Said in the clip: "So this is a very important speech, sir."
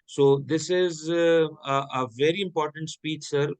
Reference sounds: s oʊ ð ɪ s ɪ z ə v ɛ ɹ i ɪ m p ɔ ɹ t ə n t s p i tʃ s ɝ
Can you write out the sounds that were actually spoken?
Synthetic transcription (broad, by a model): s oʊ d ɪ s ɪ z ə v ɛ ɹ i ɪ m p ɔ ɹ t ə n t s p i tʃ s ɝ